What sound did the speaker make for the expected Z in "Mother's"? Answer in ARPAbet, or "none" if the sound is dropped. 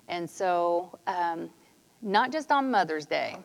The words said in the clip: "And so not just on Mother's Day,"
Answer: Z